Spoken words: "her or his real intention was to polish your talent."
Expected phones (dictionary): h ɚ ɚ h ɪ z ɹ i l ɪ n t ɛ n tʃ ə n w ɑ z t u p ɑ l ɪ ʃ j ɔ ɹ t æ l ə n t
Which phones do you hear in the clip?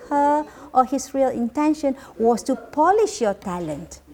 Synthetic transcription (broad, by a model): h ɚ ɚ h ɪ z ɹ i l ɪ n t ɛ n ʃ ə n w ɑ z t u p ɑ l ɪ ʃ j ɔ t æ l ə n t